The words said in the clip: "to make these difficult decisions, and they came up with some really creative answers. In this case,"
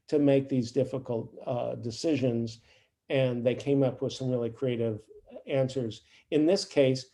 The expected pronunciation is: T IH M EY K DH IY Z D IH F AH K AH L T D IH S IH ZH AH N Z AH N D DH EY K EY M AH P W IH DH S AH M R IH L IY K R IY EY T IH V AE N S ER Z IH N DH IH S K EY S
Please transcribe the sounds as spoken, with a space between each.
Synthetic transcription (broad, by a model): T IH M EY K DH IY Z D IH F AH K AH L T D IH S IH ZH AH N Z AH N DH EY K EY M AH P W IH DH S AH M R IH L IY K R IY EY T IH V AE N S ER Z IH N DH IH S K EY S